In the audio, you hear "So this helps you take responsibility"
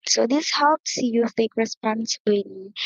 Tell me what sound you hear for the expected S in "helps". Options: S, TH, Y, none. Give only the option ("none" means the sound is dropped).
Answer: S